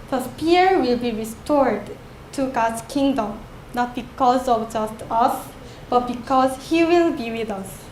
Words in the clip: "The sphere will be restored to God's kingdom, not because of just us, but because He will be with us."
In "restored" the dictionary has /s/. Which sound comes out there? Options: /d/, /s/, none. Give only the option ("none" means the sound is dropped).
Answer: /s/